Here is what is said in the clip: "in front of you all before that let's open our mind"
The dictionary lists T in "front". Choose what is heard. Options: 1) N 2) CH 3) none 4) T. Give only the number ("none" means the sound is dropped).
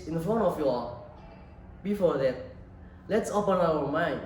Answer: 3